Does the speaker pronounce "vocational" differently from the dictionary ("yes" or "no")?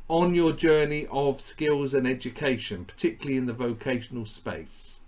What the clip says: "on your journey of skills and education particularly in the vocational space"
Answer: no